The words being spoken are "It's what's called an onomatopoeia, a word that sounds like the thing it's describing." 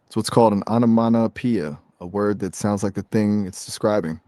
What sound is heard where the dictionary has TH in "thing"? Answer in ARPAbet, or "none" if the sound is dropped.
TH